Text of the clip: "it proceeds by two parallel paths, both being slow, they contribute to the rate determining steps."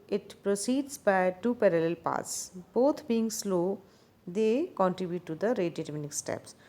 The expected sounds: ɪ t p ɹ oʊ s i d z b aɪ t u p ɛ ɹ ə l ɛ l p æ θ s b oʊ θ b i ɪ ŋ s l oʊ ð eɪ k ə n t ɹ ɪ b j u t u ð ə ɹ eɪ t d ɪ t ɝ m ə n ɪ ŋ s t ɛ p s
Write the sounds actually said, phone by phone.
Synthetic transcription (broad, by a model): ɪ t p ɹ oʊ s i d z b aɪ t u p ɛ ɹ ə l ɛ l p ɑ t s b oʊ t b i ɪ ŋ s l oʊ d eɪ k ə n t ɹ ɪ b j u t u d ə ɹ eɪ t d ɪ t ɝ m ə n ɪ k s t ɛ p s